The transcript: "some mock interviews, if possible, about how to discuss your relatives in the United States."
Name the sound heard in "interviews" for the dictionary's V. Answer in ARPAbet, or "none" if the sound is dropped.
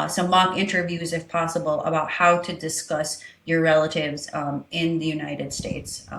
V